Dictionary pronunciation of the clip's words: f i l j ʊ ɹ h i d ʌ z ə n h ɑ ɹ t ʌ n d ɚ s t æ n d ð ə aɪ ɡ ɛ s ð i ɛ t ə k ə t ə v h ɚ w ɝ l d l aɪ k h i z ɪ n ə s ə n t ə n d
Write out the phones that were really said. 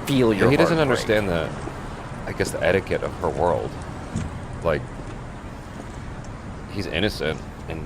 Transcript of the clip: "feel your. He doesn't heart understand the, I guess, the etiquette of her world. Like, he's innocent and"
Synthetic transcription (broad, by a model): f i l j h i d ʌ z ə n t ʌ n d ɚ s t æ n ð ə aɪ ɡ ɛ s ð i ɛ t ə k ə t ə v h ɚ w ɝ l d l aɪ k h i z ɪ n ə s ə n t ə n